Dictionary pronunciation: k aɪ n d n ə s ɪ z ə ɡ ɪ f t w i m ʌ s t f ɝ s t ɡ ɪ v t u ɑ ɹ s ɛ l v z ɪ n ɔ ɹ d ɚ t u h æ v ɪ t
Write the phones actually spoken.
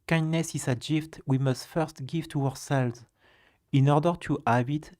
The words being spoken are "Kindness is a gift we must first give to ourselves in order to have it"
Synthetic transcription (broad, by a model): k aɪ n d n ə s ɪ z ə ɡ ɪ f t w i m ʌ s t f ɝ s t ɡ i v t u ɑ ɹ s ɛ l v z ɪ n ɔ ɹ d ɚ t u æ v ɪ t